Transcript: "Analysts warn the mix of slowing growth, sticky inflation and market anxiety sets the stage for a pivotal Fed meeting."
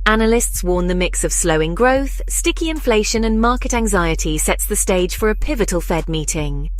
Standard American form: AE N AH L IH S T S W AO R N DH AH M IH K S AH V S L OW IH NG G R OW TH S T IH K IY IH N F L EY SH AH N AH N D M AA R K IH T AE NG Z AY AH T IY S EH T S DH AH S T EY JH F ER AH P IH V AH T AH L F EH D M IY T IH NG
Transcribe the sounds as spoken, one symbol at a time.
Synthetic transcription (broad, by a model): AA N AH L IH S T S W AO N DH AH M IH K S AH V S L OW IH NG G R OW TH S T IH K IY IH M F L EY SH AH N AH N M AA K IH T AE NG Z AY AH T IY S EH T S DH AH S T EY JH F ER AH P IH V AH T AH L F EH D M IY T IH NG